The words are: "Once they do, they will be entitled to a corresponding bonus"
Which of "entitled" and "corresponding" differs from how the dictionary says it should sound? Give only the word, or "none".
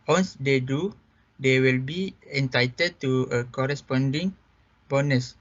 entitled